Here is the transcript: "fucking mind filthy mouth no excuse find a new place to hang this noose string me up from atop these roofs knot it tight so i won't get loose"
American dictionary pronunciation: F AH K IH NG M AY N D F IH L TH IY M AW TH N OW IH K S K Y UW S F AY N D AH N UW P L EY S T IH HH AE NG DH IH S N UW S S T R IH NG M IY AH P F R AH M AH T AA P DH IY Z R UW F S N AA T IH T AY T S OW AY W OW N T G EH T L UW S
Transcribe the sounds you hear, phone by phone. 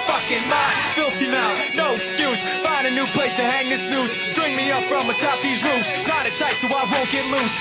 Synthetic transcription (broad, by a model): F AH K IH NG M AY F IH L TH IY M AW T N OW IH K S K Y UW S F AY N D AH N UW P L EY S T IH HH AE NG DH IH S N UW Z S T R IH NG M IY AH P F R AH M AH T AA P DH IY Z R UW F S L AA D IH T AY T S OW AY W OW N G EH T L UW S